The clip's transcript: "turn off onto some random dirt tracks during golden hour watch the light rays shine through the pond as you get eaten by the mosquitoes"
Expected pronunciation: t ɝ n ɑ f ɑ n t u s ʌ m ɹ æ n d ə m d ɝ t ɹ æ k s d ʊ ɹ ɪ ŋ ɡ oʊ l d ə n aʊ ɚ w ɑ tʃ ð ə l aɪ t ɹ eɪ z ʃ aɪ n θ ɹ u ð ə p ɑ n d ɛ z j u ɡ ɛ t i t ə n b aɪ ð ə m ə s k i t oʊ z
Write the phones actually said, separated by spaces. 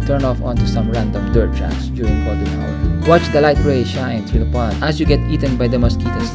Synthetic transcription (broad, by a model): t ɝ n ɑ f ɑ n t u s ʌ m ɹ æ n d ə m d ɝ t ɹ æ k s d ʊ ɹ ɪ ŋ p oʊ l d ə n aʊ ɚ w ɑ tʃ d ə l aɪ t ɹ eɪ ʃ aɪ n t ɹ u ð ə p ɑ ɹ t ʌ s j u ɡ ɛ t i t ə n b aɪ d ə m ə s k i t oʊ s